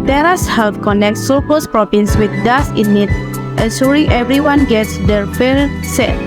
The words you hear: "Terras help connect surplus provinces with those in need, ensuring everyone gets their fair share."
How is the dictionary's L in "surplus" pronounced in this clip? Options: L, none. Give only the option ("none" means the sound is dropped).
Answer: none